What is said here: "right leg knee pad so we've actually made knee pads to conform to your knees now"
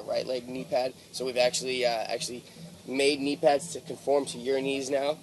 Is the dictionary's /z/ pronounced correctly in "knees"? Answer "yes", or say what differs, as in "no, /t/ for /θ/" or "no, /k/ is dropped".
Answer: yes